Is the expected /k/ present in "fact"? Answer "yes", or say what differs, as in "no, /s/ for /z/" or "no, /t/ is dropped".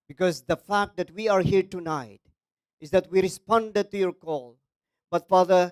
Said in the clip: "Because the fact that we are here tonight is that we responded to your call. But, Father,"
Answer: yes